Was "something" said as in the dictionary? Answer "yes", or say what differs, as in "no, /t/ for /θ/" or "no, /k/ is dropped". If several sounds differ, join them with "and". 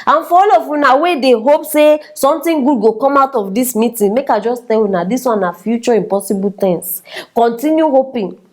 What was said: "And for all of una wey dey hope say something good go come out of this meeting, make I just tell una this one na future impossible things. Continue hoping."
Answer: no, /t/ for /θ/